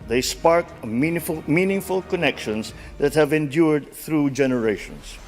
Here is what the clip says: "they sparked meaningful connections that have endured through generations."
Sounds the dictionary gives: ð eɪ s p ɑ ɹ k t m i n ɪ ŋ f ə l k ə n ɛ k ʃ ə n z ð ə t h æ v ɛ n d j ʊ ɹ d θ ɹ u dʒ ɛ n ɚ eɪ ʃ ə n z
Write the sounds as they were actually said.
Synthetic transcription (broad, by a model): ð eɪ s p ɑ ɹ k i m i n ɪ ŋ f ə l k ə n ɛ k ʃ ə n z ð ə t h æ v ɛ n d j ʊ ɹ d θ ɹ u dʒ ɛ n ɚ eɪ ʃ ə n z